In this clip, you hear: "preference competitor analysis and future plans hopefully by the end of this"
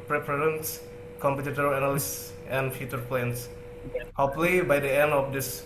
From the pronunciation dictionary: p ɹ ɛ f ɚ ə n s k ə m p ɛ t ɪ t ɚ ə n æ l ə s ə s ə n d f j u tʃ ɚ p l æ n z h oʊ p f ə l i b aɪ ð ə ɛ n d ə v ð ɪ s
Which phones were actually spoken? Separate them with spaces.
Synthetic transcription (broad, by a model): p ɹ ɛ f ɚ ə n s k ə m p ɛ t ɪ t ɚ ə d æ n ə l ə s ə n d f j u tʃ ɚ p l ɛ n s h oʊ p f l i b aɪ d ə ɛ n d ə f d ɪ s